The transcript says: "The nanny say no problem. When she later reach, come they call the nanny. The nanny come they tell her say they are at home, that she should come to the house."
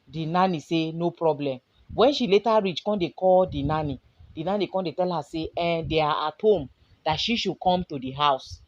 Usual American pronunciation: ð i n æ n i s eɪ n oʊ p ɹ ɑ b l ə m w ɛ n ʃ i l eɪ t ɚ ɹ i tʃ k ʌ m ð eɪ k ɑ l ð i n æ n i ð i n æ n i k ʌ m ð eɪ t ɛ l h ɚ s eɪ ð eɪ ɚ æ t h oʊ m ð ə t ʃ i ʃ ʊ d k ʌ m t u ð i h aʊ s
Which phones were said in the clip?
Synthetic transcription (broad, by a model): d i n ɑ n i s eɪ n oʊ p ɹ ɑ b l ə m w ɛ n ʃ i l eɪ t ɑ ɹ i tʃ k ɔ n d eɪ k ɑ l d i n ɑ n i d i n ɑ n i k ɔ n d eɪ t ɛ l h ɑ s eɪ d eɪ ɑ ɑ t h oʊ m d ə t ʃ i ʃ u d k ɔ m t u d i h aʊ s